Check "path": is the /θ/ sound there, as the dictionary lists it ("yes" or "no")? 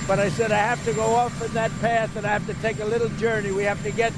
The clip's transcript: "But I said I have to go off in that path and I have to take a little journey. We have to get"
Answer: yes